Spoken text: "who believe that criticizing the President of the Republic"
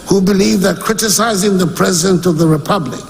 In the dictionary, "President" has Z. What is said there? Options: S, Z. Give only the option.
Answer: Z